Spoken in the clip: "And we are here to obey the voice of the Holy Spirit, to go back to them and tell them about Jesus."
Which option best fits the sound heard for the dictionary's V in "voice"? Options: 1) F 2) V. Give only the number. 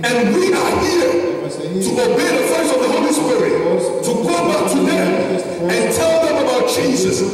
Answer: 1